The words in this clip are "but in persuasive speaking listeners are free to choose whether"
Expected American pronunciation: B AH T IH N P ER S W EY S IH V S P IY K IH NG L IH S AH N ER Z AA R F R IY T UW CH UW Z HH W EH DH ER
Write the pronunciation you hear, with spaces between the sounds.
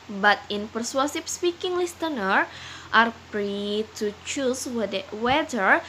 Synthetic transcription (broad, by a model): B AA T IH N P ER S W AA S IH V S P IY K IH NG L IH S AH N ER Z AA R P R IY T UW CH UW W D W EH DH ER